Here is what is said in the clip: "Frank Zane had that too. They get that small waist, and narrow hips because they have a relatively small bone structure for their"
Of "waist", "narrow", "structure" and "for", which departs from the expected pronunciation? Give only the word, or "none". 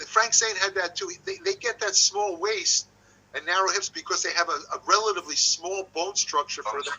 none